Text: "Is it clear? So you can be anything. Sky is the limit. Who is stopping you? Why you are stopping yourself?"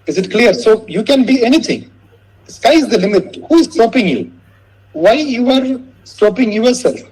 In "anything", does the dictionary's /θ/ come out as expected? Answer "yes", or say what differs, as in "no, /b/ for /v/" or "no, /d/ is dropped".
no, /t/ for /θ/